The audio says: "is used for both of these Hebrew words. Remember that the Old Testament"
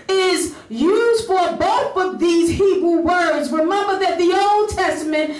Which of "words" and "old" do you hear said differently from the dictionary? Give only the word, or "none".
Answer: none